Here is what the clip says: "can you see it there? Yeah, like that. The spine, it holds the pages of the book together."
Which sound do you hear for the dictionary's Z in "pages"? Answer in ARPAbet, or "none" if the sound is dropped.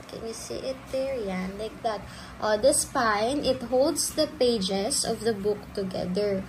S